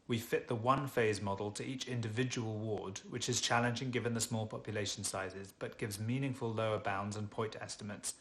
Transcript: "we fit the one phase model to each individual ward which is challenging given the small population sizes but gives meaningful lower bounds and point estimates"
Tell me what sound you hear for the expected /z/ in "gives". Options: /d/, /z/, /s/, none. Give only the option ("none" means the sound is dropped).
/z/